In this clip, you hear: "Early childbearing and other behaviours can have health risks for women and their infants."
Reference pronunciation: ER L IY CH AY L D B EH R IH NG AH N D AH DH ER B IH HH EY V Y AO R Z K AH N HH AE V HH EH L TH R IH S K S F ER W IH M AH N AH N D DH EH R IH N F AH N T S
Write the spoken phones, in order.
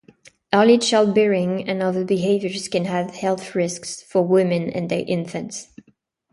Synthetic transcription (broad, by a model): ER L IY SH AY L B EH R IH NG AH N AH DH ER B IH HH EY V Y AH R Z K AH N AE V HH EH L TH R IH S K S F ER W IH M AH N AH N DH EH R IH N F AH N T S